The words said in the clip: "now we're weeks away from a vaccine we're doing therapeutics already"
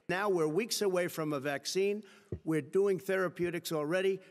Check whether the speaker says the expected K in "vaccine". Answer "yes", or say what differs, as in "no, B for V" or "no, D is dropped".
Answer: yes